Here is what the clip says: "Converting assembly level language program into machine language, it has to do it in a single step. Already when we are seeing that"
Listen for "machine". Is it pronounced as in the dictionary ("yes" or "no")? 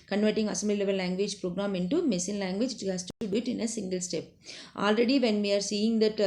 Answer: no